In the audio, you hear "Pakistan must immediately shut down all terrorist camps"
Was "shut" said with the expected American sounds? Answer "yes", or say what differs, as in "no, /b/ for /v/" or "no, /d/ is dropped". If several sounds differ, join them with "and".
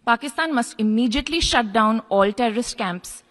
yes